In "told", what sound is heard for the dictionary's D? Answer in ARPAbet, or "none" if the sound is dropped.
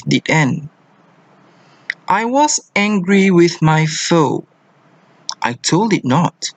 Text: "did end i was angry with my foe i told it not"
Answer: D